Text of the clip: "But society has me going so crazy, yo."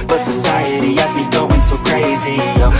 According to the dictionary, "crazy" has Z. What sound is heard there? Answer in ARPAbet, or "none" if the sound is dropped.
Z